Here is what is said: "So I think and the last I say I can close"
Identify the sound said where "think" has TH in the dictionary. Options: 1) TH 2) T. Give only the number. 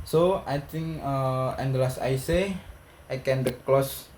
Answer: 2